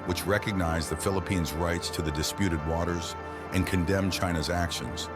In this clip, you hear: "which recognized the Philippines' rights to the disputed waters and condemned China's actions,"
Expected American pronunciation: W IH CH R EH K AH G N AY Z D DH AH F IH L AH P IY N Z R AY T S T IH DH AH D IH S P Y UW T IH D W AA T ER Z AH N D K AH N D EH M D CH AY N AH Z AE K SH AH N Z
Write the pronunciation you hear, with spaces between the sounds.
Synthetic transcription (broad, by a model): W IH CH R EH K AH G N AY Z DH AH F IH L AH P IY N Z R AY T S T IH DH AH D IH S P Y UW T IH D W AA T ER Z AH N K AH N D EH M CH AY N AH Z AE K SH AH N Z